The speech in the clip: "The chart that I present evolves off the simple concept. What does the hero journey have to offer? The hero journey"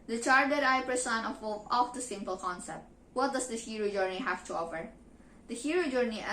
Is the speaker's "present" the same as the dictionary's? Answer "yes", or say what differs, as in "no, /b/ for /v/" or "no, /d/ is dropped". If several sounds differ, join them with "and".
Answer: no, /s/ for /z/ and /t/ is dropped